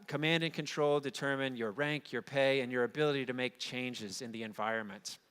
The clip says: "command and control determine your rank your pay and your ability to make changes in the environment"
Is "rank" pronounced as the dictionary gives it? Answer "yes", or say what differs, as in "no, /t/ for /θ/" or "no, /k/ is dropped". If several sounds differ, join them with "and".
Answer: yes